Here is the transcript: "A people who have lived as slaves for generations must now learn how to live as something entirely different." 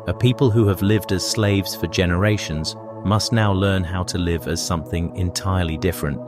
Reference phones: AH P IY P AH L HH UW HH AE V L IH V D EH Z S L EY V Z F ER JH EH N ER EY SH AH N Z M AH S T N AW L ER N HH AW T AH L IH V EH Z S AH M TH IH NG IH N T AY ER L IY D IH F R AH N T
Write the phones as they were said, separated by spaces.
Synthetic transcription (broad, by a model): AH P IY P AH L HH UW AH V L IH V D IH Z S L EY V Z F ER JH EH N ER EY SH AH N Z M AH S T N AW L ER N HH AW T AH L IH V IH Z S AH M TH IH NG IH N T AY ER L IY D IH F R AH N T